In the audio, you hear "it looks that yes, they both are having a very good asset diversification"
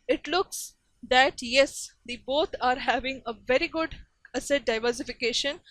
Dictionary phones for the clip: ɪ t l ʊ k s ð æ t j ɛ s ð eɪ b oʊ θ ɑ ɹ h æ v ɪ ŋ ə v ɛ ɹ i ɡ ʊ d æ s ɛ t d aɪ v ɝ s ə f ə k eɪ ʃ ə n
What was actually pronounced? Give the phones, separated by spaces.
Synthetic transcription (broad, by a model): ɪ t l ʊ k s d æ t j ɛ s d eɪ b oʊ t ɑ ɹ h æ v ɪ ŋ ə v ɛ ɹ i ɡ ʊ d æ s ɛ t d aɪ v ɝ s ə f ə k eɪ ʃ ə n